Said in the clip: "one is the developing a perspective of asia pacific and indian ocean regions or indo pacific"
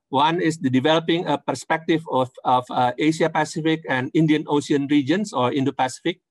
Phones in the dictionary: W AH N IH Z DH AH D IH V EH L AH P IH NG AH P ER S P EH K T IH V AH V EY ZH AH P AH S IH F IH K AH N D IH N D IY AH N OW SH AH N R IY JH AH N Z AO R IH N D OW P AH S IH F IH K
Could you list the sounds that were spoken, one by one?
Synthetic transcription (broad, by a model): W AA N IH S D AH D IH V EH L AH P IH NG AH P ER S P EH K T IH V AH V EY SH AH P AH S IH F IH K AH N D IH N D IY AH N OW S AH N R IY JH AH N S AO R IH N D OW P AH S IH F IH K